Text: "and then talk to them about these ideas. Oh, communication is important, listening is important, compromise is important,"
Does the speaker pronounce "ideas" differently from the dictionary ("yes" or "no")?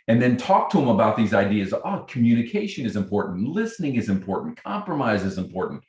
no